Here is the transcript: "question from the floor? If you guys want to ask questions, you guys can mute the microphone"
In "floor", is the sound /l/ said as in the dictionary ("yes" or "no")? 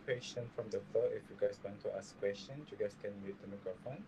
no